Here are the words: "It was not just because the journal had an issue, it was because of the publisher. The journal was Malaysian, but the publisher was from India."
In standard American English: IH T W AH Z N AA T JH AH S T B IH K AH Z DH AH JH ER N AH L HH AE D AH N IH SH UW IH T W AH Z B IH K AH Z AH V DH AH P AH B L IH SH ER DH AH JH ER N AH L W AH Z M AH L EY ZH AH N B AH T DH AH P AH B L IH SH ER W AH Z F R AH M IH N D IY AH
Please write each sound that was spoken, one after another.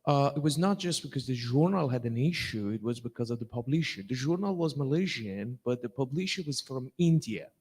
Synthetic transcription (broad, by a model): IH T W AH Z N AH T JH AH S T B IH K AH Z DH AH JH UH N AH L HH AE D AH N IH SH UW IH T W AH Z B IH K AH Z AH V DH AH P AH B L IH SH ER DH AH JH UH N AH L W AH Z M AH L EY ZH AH N B AH T DH AH P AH B L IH SH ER W AH Z F R AH M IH N D IY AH